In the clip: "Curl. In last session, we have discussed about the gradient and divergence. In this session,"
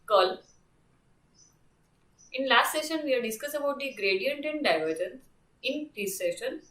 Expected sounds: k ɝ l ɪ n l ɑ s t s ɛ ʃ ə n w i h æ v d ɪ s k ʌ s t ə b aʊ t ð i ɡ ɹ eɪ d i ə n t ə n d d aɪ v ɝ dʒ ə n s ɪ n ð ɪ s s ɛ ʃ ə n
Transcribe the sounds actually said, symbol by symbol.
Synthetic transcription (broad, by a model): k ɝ l ɪ n l ɑ s t s ɛ ʃ ə n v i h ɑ d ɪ s k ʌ s ə b aʊ t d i ɡ ɹ eɪ d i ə n t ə n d d aɪ v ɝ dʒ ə n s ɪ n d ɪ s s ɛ ʃ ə n